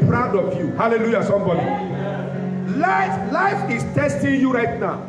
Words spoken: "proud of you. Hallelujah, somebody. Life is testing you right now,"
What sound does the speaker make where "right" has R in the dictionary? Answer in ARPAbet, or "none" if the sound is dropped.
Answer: R